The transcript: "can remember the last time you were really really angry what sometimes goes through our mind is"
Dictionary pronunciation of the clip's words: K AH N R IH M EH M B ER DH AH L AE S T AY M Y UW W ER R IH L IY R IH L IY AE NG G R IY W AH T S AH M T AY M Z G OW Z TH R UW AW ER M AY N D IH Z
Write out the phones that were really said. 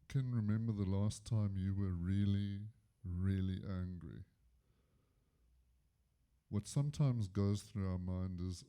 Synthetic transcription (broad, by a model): K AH N R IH M EH M B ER DH AH L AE S T AY M Y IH W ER R IH L IY R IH L IY AE NG G R IY W AH T S AH M T AY M Z G OW Z TH R UW AW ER M AY N D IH Z